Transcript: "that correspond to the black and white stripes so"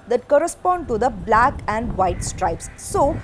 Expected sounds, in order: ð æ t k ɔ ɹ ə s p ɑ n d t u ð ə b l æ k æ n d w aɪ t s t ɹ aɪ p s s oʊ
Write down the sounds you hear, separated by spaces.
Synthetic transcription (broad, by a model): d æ t k ɔ ɹ ə s p ɑ n d t u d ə b l æ k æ n d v aɪ t s t ɹ aɪ p s s oʊ